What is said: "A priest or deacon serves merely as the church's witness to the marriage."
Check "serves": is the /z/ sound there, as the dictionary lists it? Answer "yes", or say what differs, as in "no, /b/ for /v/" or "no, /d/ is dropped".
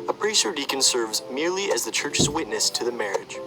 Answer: yes